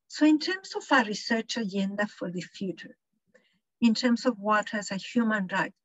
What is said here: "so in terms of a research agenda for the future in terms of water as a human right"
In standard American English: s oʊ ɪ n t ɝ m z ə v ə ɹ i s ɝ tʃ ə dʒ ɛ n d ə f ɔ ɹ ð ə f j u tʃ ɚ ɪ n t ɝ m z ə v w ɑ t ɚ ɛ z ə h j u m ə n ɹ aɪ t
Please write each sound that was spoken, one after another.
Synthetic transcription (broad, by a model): s oʊ ɪ n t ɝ m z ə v ə ɹ i s ɝ tʃ ə dʒ ɛ n d ə f ɔ ɹ ð ə f j u tʃ ɚ ɪ n t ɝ m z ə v w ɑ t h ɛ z ə h j u m ə n ɹ aɪ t